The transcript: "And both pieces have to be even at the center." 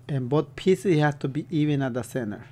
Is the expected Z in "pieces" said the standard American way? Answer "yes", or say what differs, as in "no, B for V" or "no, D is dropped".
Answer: no, Z is dropped